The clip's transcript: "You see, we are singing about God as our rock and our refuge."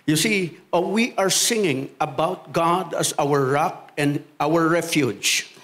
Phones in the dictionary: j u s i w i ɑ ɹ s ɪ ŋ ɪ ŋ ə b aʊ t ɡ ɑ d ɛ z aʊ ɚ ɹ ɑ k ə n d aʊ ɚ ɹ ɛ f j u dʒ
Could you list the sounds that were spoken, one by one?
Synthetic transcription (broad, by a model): j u s i w i ɑ ɹ s ɪ ŋ ɪ ŋ ə b aʊ t ɡ ɑ d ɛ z aʊ ɚ ɹ ɑ k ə n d aʊ ɚ ɹ ɛ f j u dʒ